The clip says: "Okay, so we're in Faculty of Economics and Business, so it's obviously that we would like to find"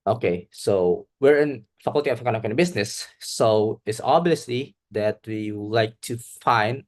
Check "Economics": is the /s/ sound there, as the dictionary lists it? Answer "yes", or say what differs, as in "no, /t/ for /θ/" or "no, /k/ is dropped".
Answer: no, /s/ is dropped